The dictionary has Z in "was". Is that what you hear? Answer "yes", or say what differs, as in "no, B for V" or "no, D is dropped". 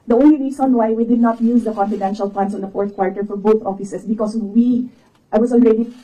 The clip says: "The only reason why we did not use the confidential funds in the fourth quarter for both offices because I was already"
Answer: no, S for Z